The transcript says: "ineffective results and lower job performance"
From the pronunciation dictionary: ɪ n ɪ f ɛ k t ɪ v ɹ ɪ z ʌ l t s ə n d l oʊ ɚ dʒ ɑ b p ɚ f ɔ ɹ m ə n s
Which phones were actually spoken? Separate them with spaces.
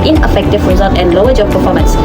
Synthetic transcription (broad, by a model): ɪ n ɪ f ɛ k t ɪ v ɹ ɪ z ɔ t ə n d l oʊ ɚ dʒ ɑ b p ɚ f ɔ m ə n s